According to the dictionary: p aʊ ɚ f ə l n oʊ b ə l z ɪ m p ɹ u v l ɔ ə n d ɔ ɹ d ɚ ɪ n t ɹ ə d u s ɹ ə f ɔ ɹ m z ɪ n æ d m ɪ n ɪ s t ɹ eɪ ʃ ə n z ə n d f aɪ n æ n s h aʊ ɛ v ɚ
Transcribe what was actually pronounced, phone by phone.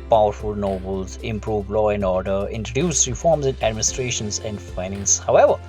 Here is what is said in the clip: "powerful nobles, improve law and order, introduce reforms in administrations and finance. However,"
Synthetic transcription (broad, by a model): p aʊ ɚ f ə l n oʊ b ə l z ɪ m p ɹ u v l ɔ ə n d ɔ ɹ d ɚ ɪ n t ɹ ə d u s ɹ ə f ɔ ɹ m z ɪ n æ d m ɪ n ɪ s t ɹ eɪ ʃ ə n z ə n d f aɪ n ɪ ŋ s h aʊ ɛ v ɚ